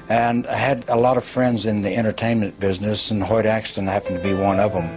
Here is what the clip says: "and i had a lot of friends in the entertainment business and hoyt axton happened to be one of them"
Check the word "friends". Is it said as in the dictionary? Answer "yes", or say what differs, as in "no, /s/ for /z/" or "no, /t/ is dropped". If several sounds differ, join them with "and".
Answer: yes